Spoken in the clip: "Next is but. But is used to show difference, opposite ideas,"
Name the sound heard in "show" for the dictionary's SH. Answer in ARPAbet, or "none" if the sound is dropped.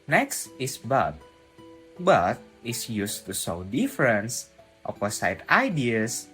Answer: S